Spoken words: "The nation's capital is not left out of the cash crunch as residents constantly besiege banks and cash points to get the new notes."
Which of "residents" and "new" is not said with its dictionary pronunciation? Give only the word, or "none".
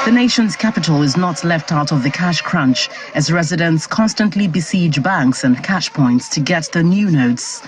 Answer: none